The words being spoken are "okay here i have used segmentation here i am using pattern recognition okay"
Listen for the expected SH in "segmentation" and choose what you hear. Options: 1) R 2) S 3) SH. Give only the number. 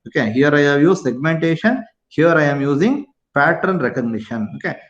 3